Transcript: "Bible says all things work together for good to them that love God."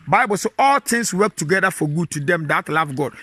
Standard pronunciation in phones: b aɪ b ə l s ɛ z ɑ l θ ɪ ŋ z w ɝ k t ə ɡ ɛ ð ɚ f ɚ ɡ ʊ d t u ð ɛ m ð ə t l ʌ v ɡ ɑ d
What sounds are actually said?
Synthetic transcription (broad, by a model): b aɪ b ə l s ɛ ɑ l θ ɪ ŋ s w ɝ k t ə ɡ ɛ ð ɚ f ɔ ɡ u d t u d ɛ m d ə t l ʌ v ɡ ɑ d